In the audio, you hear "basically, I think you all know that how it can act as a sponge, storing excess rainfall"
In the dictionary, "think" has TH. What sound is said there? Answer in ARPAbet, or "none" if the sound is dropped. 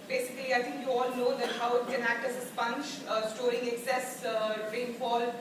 T